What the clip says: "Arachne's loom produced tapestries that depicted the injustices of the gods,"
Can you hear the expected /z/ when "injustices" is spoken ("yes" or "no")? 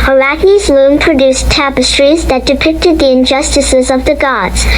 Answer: yes